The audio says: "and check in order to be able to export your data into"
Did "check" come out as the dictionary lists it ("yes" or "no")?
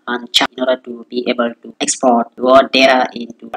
no